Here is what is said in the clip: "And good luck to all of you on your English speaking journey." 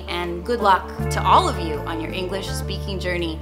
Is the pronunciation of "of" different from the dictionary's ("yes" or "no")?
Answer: no